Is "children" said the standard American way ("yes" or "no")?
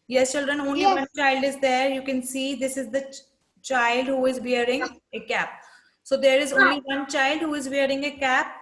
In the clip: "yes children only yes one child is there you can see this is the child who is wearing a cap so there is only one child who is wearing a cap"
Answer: yes